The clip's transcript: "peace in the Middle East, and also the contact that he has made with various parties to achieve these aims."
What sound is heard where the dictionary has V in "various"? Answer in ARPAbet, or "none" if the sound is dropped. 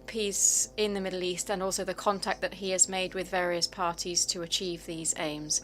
V